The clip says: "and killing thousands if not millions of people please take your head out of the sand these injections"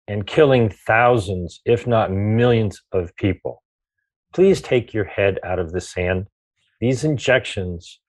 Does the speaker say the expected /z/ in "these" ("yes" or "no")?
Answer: yes